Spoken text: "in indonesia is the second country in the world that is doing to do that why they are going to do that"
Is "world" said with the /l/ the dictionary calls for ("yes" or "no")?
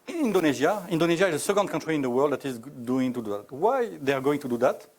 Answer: yes